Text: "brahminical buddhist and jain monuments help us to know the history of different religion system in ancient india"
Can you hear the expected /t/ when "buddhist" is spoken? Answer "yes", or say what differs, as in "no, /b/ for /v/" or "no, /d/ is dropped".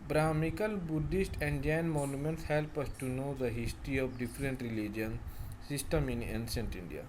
yes